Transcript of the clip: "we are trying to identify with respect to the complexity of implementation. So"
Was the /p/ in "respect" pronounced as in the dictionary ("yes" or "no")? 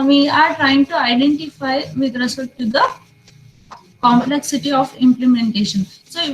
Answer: no